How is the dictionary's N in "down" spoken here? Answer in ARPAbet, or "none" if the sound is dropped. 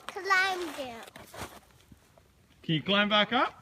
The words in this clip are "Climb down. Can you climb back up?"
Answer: L